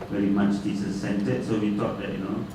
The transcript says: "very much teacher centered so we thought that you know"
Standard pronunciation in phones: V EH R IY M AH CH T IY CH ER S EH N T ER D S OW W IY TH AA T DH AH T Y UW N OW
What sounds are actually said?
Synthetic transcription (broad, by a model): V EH R IY M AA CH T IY S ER S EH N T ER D S OW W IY T AA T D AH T Y UW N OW